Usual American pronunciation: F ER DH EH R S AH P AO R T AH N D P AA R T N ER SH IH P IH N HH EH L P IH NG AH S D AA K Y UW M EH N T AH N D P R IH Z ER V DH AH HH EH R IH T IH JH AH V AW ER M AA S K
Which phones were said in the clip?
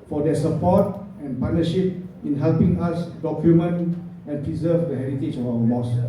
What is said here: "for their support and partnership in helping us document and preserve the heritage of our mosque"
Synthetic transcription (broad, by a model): F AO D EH S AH P AO T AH N P AA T N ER SH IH P IH N HH EH L P IH NG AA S D AA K Y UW M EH N AH N P R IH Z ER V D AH HH EH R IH T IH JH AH F AW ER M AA S